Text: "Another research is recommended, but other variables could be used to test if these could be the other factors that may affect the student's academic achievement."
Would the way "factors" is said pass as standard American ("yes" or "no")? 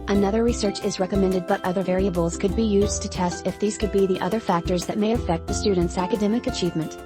yes